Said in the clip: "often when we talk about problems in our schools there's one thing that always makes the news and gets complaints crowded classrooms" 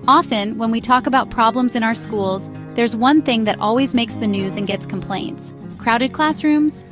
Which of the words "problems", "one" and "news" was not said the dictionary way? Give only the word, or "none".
none